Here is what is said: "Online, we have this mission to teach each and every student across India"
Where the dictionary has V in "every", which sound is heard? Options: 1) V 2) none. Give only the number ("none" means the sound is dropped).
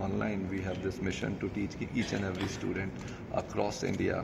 1